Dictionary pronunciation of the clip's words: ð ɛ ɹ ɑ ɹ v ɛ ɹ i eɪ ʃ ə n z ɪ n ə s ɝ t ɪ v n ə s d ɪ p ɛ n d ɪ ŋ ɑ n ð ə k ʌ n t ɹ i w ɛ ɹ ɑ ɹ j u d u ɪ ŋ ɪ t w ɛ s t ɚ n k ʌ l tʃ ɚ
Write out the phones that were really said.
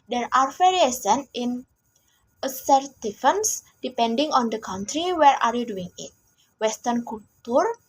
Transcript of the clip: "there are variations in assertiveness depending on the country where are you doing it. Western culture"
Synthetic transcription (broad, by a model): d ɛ ɹ ɑ ɹ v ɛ ɹ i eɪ s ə n ɪ n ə s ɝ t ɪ f n s d ɪ p ɛ n d ɪ ŋ ɑ n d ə k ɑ n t ɹ i w ɛ ɹ ɑ ɹ j u d u ɪ ŋ ɪ t w ɛ s t ɚ n k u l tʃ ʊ